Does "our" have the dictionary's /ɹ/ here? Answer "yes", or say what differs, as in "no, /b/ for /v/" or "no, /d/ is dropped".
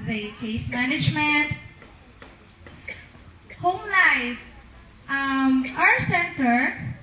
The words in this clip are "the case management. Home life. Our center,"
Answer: no, /w/ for /ɹ/